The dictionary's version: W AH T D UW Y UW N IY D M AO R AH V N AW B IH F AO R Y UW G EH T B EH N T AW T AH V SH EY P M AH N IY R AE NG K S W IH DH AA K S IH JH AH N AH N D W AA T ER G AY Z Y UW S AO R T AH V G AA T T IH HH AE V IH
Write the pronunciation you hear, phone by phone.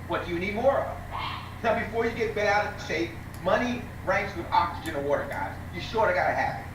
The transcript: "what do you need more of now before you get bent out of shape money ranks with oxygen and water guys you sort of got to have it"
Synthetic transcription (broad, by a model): W AH T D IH Y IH N IY D M AO R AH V N AW B IH F AO R Y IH G EH T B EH T AW T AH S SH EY M AH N IY R AE NG K S W IH DH AA K S IH JH AH N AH W AA T ER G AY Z Y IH SH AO R AH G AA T T IH HH AE P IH